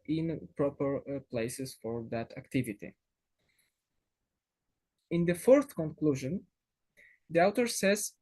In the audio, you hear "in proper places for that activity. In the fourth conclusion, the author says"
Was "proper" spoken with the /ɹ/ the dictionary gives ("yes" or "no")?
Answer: yes